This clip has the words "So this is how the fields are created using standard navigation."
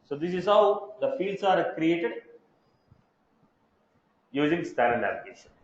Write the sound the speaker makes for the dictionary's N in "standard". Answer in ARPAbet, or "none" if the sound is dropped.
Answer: none